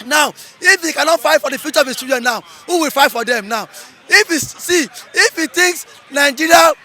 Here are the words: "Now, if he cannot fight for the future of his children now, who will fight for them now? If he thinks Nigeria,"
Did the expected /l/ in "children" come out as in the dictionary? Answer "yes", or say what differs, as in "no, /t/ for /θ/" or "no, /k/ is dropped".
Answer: no, /l/ is dropped